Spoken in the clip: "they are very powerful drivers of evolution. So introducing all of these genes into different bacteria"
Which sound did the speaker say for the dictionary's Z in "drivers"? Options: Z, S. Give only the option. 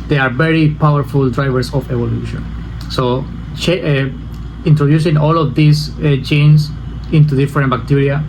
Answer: S